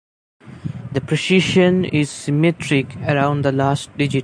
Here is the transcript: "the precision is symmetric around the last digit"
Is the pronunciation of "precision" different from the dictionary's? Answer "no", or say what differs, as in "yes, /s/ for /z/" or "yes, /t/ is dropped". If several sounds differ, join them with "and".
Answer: yes, /ʃ/ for /ʒ/